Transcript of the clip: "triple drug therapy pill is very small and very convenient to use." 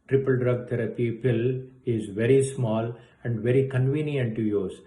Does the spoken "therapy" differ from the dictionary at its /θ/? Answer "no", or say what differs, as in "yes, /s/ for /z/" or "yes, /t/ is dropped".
yes, /t/ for /θ/